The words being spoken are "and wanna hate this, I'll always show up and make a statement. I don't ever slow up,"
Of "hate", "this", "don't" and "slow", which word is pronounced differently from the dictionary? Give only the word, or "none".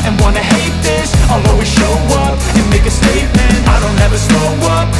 slow